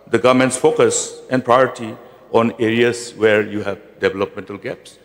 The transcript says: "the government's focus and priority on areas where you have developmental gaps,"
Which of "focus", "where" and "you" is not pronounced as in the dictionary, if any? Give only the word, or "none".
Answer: none